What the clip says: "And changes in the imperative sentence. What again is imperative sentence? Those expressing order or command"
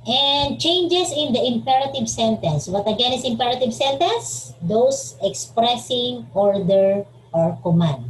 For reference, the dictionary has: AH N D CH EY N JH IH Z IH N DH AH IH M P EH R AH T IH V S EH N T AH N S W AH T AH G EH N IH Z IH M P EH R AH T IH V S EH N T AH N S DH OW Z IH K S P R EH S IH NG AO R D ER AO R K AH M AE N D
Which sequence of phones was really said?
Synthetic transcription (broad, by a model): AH N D CH EY N JH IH S IH N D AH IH M P EH R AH T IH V S EH N T AH N S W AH T AH G EH N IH S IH M P EH R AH T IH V S EH N T AH N S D OW S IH K S P R EH S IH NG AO R D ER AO R K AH M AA N D